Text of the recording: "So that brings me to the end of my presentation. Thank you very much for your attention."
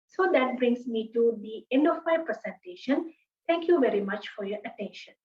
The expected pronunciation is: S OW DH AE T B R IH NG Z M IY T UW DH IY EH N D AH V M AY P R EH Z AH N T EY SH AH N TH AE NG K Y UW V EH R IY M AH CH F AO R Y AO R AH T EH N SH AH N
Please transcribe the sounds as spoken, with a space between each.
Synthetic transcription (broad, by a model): S OW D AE T B R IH NG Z M IY T UW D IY EH N D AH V M AY P R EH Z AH N T EY SH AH N T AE NG K Y UW V EH R IY M AH CH F AO R Y AO R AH T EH N SH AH N